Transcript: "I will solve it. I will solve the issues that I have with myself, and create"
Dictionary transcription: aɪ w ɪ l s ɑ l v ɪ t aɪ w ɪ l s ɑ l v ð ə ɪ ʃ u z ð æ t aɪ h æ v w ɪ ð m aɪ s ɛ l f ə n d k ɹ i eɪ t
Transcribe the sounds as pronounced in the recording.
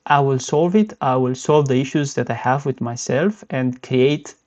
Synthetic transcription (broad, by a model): aɪ w ɪ l s ɑ l v ɪ t aɪ w ɪ l s ɑ l v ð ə ɪ ʃ u z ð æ t aɪ h æ v w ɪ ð m aɪ s ɛ l f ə n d k ɹ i eɪ t